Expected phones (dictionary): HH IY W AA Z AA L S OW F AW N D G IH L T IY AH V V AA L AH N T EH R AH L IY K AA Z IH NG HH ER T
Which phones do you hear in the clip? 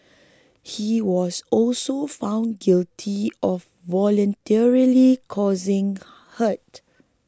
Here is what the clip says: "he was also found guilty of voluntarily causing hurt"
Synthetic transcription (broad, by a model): HH IY W AA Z AA L S OW F AW N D G IH L T IY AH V V AA L AH N T EH R AH L IY K AA Z IH NG HH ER T